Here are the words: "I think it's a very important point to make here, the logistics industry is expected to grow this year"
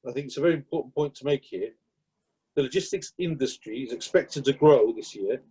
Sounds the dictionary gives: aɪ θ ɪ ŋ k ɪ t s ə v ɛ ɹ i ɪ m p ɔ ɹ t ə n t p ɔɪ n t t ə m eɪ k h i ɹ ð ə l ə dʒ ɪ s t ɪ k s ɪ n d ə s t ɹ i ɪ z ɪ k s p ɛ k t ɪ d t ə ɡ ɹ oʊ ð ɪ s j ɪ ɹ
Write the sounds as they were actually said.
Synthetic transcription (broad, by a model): aɪ θ ɪ ŋ k ɪ t s ə v ɛ ɹ i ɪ m p ɔ t n p ɔɪ n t t ə m eɪ k h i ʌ ð ə l ə dʒ ɪ s t ɪ k s ɪ n d ə s t ɹ i ɪ z ɪ k s p ɛ k t ɪ d t ə ɡ ɹ oʊ ð ɪ s j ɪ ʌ